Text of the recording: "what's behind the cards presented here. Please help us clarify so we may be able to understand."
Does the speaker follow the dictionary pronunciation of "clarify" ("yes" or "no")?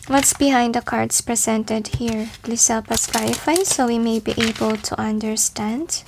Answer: no